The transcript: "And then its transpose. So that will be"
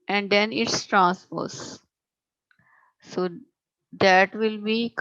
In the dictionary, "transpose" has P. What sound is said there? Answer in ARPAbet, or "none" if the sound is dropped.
F